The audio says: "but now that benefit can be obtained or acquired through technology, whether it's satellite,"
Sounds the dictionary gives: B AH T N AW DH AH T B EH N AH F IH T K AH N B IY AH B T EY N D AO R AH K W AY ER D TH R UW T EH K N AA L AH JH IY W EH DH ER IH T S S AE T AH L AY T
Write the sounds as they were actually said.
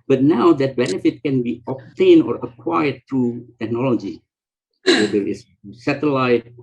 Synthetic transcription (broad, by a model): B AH T N AW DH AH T B EH N AH F IH T K AH N B IY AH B T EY N AO R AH K W AY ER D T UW T EH K N AA L AH JH IY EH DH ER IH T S S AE T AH L AY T